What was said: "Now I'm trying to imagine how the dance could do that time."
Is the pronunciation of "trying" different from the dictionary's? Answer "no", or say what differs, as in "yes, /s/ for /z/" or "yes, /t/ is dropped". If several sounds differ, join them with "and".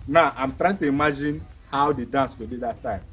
no